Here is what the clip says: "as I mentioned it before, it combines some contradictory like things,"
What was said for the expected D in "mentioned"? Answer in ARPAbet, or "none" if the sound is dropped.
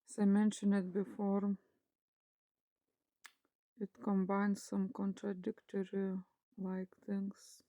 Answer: none